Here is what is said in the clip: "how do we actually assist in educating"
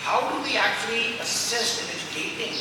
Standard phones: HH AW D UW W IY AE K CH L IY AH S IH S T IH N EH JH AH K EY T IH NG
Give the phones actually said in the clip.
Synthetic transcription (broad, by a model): HH AW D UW W IY AE K CH L IY AH S IH S T IH N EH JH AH K EY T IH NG